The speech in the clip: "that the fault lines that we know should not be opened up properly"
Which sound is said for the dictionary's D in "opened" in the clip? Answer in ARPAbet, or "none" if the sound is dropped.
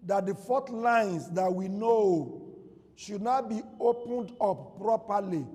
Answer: D